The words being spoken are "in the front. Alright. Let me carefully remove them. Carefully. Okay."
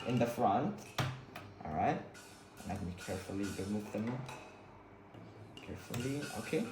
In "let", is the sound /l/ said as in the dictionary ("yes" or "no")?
no